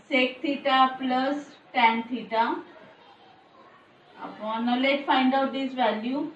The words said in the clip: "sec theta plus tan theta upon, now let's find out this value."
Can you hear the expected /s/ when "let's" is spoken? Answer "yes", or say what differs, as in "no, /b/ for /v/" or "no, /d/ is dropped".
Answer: no, /s/ is dropped